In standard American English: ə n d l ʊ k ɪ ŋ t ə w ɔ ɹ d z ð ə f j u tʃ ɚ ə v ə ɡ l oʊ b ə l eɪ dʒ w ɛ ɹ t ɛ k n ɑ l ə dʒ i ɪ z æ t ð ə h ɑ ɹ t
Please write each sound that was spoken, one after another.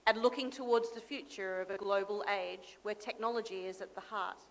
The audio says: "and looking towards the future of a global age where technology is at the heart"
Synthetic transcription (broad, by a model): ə n l ʊ k ɪ ŋ t ə w ɔ ɹ d z ð ə f j u tʃ ɚ ə v ə ɡ l oʊ b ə l eɪ dʒ w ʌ ɹ t ɛ k n ɑ l ə dʒ i ɪ z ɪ t ð ə h ɑ ɹ t